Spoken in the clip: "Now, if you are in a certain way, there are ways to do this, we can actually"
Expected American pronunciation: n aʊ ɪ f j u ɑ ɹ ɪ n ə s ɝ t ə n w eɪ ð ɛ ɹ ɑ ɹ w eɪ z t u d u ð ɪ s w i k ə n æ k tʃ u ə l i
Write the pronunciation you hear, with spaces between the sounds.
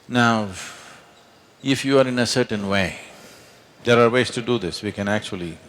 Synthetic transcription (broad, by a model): n aʊ ɪ f j u ɑ ɹ ɪ n ə s ɝ t ə n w eɪ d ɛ ɹ ɑ ɹ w eɪ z t u d u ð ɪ s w i k ə n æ k tʃ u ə l i